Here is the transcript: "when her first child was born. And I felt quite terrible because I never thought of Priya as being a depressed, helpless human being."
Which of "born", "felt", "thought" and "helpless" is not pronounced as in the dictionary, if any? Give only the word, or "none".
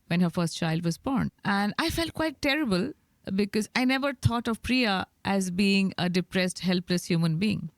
thought